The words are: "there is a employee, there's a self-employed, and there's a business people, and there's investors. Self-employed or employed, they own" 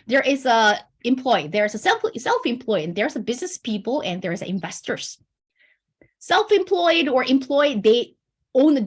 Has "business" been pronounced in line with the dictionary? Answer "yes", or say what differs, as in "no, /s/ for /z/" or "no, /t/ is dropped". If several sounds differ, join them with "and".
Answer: yes